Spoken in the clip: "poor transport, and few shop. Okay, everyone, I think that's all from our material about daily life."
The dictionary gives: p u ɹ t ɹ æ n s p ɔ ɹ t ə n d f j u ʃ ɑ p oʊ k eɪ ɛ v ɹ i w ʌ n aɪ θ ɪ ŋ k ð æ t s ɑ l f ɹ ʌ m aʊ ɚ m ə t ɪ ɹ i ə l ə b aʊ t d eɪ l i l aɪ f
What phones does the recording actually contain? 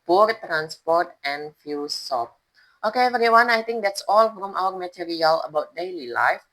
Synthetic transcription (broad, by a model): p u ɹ t ɹ æ n s p ɔ ɹ t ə n f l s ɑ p oʊ k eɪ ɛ ɹ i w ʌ n aɪ t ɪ ŋ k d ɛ t s ɑ l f ɹ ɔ m aʊ ɚ m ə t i ɹ i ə l ə b aʊ t d eɪ l i l aɪ f